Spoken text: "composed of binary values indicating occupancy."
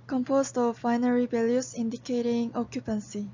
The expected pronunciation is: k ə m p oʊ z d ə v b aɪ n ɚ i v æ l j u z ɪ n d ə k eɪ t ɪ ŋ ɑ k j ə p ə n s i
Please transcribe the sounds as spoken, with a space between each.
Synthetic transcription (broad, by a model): k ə m p oʊ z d ə v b aɪ n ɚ i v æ l j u s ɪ n d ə k eɪ t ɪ ŋ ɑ k j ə p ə n s i